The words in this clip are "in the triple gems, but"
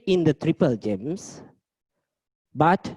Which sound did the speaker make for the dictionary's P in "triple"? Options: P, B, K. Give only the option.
P